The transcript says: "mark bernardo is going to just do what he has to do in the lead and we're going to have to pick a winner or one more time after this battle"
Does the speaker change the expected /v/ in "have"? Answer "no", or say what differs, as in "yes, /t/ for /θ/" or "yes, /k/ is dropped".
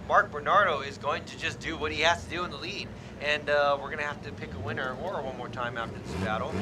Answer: yes, /f/ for /v/